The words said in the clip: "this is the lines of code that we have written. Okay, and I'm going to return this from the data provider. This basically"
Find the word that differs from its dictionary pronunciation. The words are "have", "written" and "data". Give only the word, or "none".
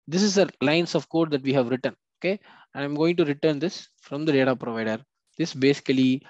none